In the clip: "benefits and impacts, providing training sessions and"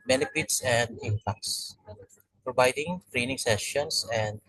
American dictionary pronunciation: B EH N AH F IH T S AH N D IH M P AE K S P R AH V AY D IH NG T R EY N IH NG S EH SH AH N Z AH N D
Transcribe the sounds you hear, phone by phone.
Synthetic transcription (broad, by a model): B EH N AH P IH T S AH N D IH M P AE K S P R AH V AY D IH NG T R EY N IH NG S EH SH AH N S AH N D